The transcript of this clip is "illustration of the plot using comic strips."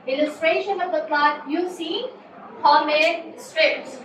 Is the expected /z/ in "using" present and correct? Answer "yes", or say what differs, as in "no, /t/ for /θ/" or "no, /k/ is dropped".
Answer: no, /s/ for /z/